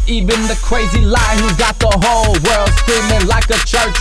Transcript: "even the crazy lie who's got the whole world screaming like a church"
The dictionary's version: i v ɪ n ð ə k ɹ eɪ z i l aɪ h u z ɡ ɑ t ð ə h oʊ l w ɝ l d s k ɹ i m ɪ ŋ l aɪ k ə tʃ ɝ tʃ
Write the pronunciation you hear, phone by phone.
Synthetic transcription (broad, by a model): i v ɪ n ð ə k ɹ eɪ z i l aɪ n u ɡ ɑ t ð ə h oʊ l w ɝ l d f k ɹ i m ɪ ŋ l aɪ k ə tʃ ɝ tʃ